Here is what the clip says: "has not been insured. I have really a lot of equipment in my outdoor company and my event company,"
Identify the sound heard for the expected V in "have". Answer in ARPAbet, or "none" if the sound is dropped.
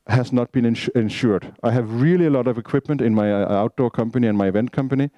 V